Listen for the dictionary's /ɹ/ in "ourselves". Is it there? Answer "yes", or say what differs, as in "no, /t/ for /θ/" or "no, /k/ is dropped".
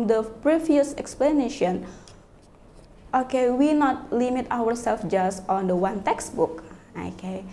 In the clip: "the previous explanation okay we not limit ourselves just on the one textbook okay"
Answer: no, /w/ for /ɹ/